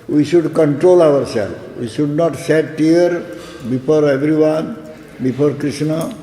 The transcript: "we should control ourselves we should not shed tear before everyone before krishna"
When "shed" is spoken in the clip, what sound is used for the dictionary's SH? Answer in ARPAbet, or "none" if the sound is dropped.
S